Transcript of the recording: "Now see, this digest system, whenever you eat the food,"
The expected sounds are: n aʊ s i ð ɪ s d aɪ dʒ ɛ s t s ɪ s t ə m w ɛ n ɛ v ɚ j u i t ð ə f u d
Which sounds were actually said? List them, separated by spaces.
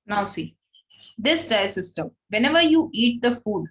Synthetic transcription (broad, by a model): n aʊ s i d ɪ s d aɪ ɛ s s ɪ s t ə m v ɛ n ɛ v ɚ j u i t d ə f u d